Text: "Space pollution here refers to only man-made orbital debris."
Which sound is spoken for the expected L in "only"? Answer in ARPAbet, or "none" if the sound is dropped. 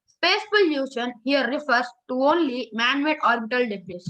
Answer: L